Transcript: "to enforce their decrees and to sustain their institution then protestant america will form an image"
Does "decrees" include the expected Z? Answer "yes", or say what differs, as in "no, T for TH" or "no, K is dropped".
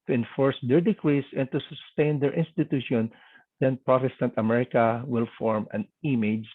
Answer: no, S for Z